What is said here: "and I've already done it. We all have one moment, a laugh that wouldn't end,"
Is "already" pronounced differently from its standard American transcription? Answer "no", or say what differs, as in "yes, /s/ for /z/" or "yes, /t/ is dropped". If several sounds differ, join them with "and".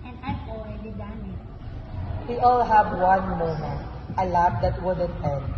yes, /ɹ/ is dropped